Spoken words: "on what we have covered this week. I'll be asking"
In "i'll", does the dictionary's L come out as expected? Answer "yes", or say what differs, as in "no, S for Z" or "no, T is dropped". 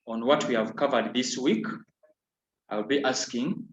yes